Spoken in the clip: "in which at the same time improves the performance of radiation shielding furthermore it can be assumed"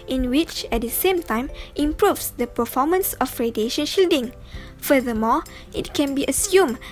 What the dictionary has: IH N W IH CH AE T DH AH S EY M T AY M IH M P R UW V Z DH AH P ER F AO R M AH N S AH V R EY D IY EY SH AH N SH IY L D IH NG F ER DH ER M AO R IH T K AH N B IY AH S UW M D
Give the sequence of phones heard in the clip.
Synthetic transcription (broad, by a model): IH N W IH CH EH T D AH S EY M T AY M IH M P R UW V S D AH P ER F AO M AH N S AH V R EY D IY EY SH AH N SH IY L D IH NG F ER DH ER M AO IH T K AH N B IY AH S UW M